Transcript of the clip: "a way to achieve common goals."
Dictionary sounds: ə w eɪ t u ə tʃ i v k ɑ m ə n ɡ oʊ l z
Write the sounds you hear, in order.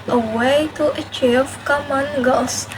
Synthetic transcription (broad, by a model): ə w eɪ t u ə tʃ i v k ɑ m ə n ɡ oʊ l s